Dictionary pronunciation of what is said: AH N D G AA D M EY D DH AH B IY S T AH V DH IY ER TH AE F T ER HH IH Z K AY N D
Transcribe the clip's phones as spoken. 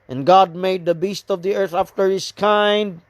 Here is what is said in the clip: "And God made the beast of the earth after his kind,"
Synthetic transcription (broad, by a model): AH N G AA D M EY D DH AH B IY S T AH V DH IY ER TH AE F T ER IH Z K AY N D